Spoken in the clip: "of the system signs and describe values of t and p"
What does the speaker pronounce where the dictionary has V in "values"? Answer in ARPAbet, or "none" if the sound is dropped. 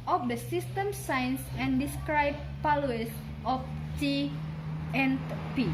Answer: P